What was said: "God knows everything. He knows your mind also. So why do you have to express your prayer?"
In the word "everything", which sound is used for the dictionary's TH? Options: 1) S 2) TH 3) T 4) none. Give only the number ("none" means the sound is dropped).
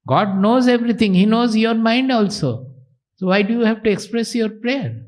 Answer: 3